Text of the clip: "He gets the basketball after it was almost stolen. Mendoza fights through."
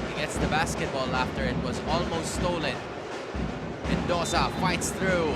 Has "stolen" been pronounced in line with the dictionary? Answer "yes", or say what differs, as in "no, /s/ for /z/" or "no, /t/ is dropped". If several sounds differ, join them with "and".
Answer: yes